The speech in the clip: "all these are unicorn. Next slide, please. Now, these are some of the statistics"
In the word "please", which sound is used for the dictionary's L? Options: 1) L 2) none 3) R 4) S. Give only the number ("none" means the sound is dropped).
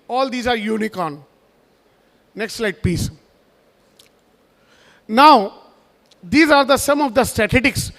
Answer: 2